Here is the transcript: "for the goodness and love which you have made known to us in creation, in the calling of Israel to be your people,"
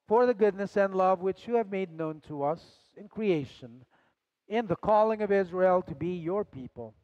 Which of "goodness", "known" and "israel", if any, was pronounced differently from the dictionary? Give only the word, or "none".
none